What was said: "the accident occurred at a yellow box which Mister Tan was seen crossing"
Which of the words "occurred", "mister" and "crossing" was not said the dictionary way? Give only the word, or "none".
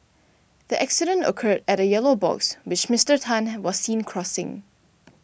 none